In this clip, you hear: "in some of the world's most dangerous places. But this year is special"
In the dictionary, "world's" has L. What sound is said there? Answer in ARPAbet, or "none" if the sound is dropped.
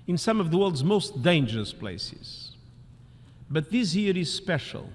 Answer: L